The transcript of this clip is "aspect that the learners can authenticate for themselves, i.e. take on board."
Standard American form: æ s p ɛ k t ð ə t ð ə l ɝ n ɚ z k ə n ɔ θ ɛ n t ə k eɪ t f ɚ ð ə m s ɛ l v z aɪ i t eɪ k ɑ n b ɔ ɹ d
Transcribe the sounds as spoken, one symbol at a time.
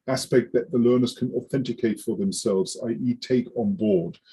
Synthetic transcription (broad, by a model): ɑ s p ɛ k t ð ə t ð ə l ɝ n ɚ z k ə n ɔ θ ɛ n t ə k eɪ t f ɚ ð ə m s ɛ l v z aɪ i t eɪ k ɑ n b ɔ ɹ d